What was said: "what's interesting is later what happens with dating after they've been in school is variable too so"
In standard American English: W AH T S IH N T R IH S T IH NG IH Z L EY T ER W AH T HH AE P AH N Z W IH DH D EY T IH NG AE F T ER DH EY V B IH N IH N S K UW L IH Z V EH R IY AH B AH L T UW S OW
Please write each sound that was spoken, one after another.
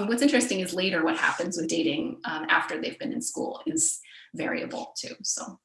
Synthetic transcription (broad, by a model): W AH T S IH N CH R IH S T IH NG IH Z L EY T ER W AH T HH AE P AH N Z W IH DH D EY T IH NG AE F T ER DH EY V B IH N IH N S K UW L IH Z V EH R IY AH B L T UW S OW